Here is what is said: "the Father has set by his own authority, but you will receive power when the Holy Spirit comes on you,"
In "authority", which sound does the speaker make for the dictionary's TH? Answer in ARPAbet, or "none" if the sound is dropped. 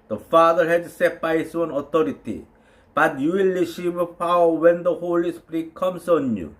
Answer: T